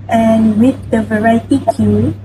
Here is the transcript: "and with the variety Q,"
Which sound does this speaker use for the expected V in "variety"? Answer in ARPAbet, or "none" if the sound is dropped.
V